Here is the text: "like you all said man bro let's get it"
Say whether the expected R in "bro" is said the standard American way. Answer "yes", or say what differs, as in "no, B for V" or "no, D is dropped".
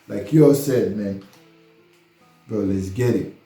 no, R is dropped